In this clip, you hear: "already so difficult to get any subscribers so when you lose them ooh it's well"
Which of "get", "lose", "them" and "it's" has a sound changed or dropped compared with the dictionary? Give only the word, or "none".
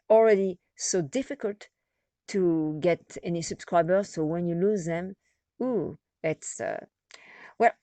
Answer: none